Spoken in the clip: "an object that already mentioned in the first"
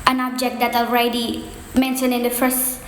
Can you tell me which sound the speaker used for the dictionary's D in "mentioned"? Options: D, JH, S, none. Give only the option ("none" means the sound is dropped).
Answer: none